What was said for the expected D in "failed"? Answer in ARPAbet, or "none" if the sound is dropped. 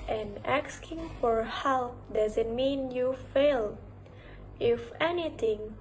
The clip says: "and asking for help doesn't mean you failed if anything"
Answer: none